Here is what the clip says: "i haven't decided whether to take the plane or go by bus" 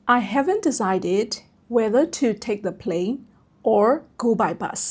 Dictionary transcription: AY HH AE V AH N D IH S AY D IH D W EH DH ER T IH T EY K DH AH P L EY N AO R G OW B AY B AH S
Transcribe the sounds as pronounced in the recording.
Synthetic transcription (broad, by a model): AY HH AE V AH N D IH S AY D IH D W EH DH ER T IH T EY K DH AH P L EY N AO R G OW B AY B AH S